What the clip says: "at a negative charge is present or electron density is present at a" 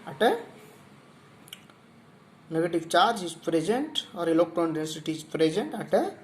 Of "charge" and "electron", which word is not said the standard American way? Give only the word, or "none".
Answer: electron